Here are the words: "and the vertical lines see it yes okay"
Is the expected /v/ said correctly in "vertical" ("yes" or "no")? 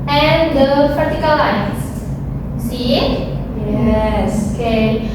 no